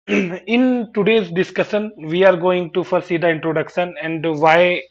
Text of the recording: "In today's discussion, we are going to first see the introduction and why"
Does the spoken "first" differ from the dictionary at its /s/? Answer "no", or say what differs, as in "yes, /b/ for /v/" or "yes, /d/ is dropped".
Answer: yes, /s/ is dropped